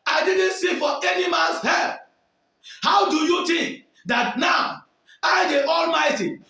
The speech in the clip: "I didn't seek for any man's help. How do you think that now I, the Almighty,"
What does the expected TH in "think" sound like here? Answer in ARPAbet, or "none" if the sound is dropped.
T